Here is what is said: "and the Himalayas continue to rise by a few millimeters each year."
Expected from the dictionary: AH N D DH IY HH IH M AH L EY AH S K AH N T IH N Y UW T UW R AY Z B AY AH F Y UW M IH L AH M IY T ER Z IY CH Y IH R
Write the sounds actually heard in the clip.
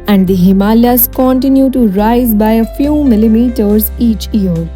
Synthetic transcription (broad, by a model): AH N D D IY HH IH M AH L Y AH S K AH N T IH N Y UW T UW R AY Z B AY AH F Y UW M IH L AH M IY T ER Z IY CH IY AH R